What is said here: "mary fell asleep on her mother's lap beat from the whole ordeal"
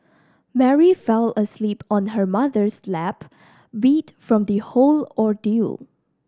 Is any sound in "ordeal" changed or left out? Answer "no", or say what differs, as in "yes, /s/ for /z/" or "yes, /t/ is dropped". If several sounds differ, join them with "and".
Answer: no